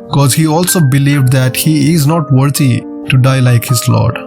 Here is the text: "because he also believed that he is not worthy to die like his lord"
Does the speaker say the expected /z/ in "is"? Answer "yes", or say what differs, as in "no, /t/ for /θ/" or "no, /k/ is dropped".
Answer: yes